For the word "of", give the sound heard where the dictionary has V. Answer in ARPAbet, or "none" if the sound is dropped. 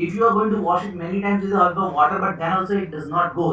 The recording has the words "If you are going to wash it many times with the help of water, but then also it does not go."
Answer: V